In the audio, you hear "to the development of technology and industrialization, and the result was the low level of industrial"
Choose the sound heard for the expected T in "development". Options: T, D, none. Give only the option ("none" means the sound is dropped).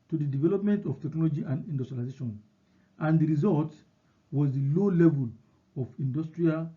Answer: T